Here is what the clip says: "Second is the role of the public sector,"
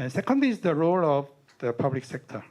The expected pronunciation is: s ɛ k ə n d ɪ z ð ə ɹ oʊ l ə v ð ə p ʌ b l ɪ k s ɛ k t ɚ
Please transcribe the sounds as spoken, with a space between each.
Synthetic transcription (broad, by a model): s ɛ k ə n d ɪ z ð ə ɹ oʊ l ə v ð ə p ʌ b l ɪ k s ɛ k t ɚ